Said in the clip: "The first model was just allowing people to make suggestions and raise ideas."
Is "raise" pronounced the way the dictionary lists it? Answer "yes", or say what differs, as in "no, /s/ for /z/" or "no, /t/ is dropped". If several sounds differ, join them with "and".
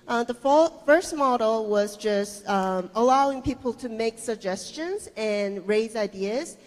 yes